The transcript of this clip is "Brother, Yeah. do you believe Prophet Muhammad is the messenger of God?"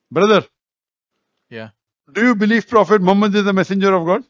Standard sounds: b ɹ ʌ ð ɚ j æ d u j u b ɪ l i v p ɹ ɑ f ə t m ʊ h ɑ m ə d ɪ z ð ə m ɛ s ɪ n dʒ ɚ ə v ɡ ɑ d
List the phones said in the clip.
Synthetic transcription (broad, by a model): b ɹ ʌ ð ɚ j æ d u j u b ɪ l i v p ɹ ɑ f ə t m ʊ m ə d ɪ z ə m ɛ s ɪ n dʒ ɚ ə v ɡ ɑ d